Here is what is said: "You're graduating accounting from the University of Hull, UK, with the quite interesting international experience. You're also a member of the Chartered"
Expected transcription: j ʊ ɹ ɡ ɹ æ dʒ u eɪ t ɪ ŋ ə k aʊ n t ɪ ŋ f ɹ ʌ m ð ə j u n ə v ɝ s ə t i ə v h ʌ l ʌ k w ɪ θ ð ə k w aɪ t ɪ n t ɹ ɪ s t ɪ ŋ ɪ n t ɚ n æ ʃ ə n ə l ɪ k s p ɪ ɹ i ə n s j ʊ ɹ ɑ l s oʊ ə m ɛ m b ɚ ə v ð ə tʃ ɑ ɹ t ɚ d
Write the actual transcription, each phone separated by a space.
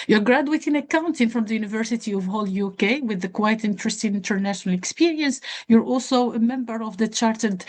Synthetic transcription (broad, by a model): j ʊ ɹ ɡ ɹ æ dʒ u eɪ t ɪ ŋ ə k aʊ n t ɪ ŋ f ɹ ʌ m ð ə j u n ə v ɝ s ə t i ə v h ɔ l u k w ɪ ð ə k w aɪ t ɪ n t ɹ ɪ s t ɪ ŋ ɪ n t ɚ n æ ʃ ə n ə l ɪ k s p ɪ ɹ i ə n s j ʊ ɹ ɑ l s oʊ ə m ɛ m b ɚ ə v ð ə tʃ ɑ ɹ t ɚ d